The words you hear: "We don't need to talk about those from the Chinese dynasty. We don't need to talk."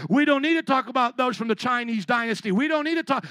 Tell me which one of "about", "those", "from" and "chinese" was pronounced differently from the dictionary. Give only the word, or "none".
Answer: none